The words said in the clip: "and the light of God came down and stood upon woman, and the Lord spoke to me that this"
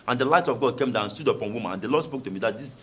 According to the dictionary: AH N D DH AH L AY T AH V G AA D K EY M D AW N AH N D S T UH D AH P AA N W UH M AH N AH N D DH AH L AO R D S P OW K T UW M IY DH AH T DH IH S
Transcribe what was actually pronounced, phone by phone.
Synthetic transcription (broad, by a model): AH N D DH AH L AY T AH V G AA D K EY M D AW AH N S T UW D AH P AA N W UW M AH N AH N D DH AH L AO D S P OW K T UW M IY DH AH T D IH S